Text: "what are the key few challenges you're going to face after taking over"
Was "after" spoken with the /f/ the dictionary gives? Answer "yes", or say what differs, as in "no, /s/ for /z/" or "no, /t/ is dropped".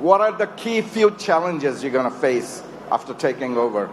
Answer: yes